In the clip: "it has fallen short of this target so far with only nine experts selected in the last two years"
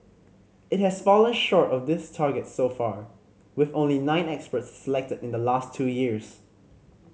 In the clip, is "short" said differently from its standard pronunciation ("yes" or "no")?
no